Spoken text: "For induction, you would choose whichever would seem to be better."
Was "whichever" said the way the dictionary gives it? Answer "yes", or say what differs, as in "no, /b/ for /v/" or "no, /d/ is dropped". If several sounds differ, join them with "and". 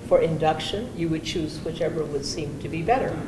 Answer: yes